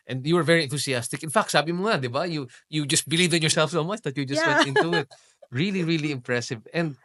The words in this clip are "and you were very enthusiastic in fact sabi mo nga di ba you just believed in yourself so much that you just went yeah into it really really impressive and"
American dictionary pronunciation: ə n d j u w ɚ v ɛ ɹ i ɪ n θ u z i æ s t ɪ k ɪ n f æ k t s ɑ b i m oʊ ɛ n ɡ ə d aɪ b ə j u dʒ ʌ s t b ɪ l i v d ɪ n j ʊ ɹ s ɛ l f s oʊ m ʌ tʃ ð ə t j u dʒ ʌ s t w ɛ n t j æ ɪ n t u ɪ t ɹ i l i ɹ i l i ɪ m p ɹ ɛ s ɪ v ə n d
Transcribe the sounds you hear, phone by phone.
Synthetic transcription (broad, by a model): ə n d j u w ɚ v ɛ ɹ i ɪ n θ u s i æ s t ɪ k ɪ n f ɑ k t s ɑ b i m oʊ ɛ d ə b aɪ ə j u dʒ ʌ s t b ɪ l i v d ɪ n j ʊ ɹ s ɛ l f s oʊ m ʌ tʃ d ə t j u dʒ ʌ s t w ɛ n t ɪ n t u ɪ t ɹ i l i ɹ i l i ɪ m p ɹ ɛ s ɪ v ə n d